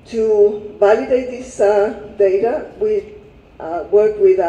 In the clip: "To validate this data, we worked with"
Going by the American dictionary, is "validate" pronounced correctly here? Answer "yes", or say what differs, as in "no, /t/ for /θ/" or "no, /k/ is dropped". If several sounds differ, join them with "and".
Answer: no, /b/ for /v/